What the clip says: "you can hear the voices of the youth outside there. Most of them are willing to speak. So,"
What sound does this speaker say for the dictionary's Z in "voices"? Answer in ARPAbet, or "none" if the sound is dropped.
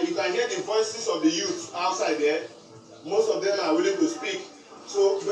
S